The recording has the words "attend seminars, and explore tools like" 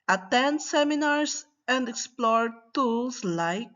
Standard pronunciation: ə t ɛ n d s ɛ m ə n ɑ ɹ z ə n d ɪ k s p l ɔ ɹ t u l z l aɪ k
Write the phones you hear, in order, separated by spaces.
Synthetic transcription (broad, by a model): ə t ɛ n d s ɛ m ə n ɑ ɹ s ə n d ɪ k s p l ɔ ɹ t u l s l aɪ k